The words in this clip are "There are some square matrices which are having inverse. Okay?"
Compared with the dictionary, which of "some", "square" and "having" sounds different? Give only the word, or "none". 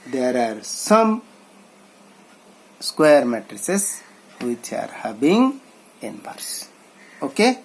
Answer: having